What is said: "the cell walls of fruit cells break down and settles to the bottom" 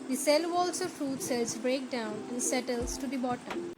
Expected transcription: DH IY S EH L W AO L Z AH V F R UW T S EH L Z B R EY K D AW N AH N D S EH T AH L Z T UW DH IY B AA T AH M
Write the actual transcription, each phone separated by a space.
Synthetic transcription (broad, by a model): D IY S EH L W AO L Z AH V F R UW T S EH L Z B R EY K D AW N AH N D S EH T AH L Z T UW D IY B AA T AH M